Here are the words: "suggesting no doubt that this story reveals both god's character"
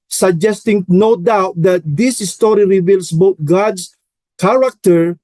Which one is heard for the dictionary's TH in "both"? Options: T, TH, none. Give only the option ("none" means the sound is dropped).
T